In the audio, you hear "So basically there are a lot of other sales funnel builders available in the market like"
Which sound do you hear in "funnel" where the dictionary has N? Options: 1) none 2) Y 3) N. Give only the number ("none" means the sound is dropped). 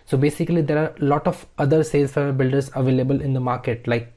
1